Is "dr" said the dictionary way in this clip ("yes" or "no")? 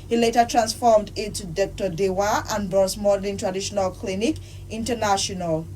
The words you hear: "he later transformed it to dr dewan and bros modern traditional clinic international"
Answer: yes